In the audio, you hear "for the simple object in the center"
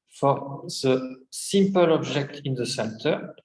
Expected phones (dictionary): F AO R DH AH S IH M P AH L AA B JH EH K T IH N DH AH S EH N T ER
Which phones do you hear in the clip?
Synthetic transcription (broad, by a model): F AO R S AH S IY M P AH L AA B ZH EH K T IH N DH AH S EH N T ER